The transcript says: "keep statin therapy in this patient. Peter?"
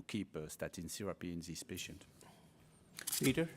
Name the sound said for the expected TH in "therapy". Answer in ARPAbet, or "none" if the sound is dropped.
S